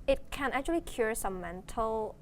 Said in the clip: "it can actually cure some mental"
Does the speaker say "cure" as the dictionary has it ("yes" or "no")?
yes